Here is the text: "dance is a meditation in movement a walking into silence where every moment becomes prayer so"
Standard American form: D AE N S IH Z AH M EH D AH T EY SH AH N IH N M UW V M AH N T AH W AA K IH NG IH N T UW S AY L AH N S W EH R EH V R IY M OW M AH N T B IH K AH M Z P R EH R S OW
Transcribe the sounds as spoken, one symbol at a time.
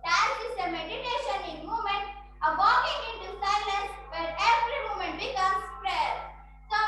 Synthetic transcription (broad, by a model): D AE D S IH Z AH M EH D AH T EY SH AH N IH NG M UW M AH N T AH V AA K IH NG IH N T UW S AY L AH N S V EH R EH V R IY M OW M AH N T B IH K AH M S P R EH R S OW